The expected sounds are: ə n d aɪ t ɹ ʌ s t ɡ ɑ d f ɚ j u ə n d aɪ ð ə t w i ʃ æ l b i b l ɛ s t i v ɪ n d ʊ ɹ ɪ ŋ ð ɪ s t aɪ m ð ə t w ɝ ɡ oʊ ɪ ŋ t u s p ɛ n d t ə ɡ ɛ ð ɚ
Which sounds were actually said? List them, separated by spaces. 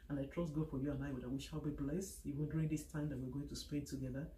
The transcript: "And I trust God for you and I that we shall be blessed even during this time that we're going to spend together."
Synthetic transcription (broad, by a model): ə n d aɪ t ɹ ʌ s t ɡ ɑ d f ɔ j u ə n aɪ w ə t w i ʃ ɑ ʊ b i b l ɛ s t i w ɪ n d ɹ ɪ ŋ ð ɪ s t aɪ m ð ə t w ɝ ɡ oʊ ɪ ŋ t u s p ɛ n t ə ɡ ɛ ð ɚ